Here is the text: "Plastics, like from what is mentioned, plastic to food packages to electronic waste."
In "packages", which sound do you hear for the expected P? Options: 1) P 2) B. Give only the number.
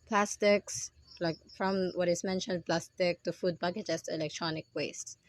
2